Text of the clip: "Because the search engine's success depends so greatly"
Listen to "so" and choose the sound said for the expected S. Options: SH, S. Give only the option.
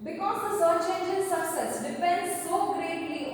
S